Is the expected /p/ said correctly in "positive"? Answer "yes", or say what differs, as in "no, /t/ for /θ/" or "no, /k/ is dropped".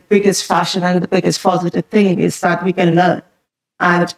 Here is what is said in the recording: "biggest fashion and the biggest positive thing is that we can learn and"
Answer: no, /f/ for /p/